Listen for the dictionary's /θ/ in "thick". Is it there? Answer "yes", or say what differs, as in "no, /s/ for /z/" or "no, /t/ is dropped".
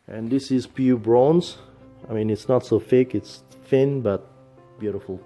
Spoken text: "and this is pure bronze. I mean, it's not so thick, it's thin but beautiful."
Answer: no, /f/ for /θ/